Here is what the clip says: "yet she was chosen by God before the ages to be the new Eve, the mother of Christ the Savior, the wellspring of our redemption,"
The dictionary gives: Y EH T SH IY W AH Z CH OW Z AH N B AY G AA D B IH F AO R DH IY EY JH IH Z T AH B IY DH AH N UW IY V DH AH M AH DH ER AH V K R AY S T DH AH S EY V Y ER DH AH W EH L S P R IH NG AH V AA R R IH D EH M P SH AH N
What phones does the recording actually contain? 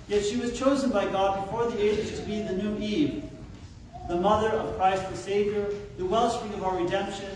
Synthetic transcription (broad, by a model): Y EH T SH IY W AH Z CH OW Z AH N B AY G AA D B IH F AO R DH IY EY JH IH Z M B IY DH AH N UW IY V DH AH M AH DH ER AH V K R AY S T DH AH S EY V Y ER DH AH W EH L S R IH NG AH V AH R R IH D EH M P SH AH N